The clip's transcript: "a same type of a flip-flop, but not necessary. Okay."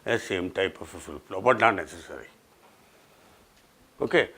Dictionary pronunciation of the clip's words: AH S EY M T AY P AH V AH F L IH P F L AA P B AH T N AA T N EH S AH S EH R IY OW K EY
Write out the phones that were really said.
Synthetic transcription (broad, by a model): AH S EY M T AY P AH F AH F IH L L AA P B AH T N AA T N EH S AH S EH R IY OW K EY